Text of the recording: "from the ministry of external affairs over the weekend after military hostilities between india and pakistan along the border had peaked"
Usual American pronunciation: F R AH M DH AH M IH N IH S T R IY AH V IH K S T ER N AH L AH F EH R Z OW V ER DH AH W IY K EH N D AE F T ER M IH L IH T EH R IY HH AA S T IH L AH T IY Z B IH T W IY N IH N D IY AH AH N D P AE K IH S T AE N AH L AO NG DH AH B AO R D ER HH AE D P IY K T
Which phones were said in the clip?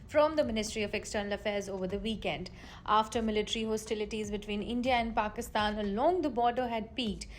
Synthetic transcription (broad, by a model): F R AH M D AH M IH N IH S T R IY AH V IH K S T ER N AH L AH F EH R Z OW V ER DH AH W IY K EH N D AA F T ER M IH L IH T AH R IY HH AA S T IH L AH T IY Z B IH T W IY N IH N D IY AH AH N D P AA K IH S T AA N AH L AO NG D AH B AO R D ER HH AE D P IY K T